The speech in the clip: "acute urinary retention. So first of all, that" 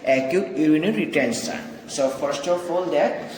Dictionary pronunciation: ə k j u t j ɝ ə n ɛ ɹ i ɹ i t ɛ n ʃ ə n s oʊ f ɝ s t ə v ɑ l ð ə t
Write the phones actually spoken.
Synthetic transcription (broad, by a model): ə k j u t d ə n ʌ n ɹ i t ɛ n s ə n s oʊ f ɝ s t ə f ɑ l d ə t